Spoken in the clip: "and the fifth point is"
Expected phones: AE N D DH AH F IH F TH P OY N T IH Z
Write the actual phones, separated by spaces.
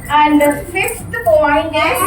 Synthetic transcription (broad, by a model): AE N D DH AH F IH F T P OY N IH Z